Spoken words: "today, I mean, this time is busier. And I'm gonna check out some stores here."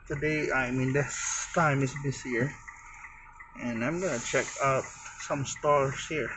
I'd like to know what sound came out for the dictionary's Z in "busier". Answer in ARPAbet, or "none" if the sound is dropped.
S